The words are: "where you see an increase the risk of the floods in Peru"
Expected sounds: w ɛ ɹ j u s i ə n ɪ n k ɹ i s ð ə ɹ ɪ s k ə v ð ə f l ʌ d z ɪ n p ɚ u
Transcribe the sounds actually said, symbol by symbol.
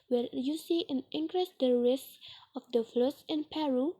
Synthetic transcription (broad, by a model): w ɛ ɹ j u s i ə n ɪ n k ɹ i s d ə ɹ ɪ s ə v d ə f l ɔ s ɪ n p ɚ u